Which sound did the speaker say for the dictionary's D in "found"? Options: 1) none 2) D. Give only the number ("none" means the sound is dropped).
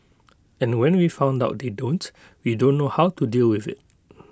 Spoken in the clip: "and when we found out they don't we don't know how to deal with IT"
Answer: 2